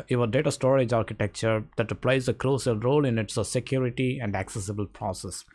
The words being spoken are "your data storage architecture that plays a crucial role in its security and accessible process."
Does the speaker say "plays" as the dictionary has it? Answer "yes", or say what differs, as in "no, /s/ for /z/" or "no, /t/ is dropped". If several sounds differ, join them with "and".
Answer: yes